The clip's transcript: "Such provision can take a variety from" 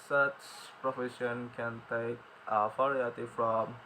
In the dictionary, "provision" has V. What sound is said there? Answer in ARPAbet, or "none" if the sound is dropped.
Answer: F